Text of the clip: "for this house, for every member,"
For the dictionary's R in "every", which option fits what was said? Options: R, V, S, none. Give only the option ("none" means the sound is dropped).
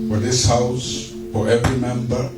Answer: R